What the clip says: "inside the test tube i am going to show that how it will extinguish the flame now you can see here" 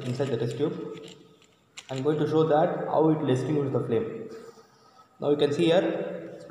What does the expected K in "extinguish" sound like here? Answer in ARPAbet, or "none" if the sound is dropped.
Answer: none